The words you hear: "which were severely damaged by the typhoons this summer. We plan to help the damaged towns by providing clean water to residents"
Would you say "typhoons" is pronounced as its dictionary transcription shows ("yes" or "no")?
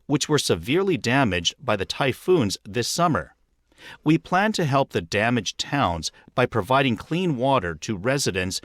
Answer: yes